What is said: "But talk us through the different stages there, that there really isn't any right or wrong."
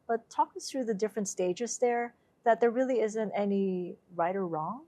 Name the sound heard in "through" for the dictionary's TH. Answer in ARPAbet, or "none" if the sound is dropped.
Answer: TH